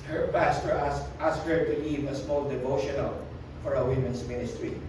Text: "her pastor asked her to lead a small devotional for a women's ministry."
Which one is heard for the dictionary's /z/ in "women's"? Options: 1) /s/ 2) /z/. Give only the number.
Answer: 1